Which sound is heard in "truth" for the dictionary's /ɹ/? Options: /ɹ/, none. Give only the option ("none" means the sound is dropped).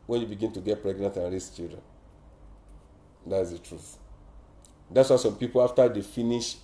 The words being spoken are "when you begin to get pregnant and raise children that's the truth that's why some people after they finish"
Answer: /ɹ/